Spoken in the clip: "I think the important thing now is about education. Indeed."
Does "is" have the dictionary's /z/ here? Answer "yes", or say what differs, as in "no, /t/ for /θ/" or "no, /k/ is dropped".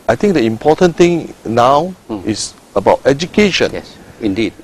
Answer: no, /s/ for /z/